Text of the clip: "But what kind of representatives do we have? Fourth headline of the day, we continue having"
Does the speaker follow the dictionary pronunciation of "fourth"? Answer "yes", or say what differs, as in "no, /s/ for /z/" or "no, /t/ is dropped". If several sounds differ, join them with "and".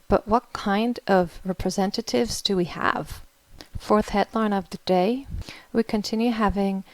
yes